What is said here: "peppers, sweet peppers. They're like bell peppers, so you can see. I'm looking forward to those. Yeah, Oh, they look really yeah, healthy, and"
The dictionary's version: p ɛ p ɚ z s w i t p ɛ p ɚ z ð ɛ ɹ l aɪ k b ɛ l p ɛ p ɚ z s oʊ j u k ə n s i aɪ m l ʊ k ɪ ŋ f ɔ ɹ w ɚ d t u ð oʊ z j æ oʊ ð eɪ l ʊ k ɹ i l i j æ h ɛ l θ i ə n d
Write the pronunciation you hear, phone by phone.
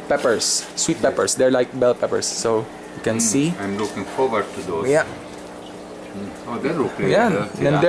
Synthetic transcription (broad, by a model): p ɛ p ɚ s w i t p ɛ p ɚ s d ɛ ɹ l aɪ k b ɛ l p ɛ p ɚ s oʊ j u k ə n s i aɪ m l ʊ k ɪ ŋ f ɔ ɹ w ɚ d t u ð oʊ j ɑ oʊ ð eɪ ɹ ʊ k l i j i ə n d